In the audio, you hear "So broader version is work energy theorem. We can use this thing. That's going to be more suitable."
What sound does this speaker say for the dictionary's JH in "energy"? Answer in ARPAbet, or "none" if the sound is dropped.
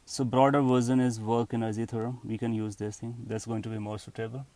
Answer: Z